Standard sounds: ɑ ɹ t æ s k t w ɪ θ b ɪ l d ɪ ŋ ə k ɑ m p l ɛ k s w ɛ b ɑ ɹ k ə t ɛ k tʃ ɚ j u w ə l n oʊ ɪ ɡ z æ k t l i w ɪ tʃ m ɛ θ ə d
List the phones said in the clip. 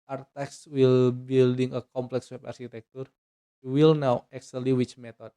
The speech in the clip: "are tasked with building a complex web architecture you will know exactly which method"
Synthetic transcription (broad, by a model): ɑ ɹ t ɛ k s w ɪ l b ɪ l d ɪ ŋ ə k ɑ m p l ɛ k s w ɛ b ɑ ɹ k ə t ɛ k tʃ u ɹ w ə l n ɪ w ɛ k s l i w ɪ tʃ m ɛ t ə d